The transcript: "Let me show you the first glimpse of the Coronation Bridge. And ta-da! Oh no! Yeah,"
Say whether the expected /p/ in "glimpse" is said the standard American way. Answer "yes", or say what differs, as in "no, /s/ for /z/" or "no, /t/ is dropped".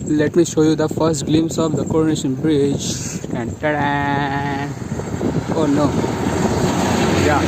no, /p/ is dropped